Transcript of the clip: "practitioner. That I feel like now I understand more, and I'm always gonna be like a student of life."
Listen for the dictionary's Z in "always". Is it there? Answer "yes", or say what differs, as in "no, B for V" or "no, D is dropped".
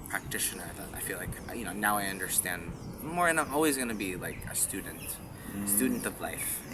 yes